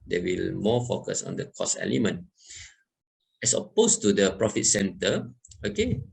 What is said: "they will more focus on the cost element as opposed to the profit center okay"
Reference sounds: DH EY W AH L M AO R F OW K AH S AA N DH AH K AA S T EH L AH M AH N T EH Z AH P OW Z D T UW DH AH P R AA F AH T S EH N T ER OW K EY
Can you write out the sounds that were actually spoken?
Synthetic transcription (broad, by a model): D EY W AH L M AO F OW K AH S AA N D AH K AA S EH L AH M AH N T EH S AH P OW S T UW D AH P R AA F AH T S EH N T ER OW K EY